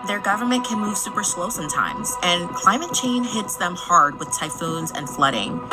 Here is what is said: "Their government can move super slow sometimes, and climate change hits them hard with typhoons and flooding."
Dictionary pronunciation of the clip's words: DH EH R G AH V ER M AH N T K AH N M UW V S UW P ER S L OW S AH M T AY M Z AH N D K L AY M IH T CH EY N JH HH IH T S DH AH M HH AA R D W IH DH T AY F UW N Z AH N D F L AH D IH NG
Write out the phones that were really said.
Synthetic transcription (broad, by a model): DH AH R G AH V ER M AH N K AH N M UW V S UW P ER S L OW S AH M T AY M Z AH N K L AY M IH T CH EY N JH HH IH T S DH AH M HH AA R D W IH DH T AY F UW N Z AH N F L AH D IH NG